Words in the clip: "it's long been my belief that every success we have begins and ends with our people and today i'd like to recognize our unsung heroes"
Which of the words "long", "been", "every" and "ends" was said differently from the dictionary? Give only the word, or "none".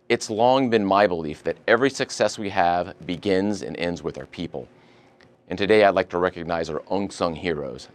none